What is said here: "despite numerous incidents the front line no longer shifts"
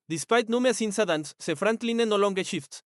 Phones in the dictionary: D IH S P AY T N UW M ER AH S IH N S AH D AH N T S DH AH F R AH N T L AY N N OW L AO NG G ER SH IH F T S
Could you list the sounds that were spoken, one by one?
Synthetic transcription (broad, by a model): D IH S P AY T N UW M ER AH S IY N S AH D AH N S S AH F R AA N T L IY N N OW L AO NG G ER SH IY F T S